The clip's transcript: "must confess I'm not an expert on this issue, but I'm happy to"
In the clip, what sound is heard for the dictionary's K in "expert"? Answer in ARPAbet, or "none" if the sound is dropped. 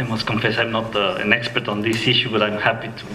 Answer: K